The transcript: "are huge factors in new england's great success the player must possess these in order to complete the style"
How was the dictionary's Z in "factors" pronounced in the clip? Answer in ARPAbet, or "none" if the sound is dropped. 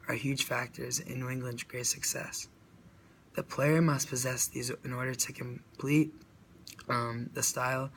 Z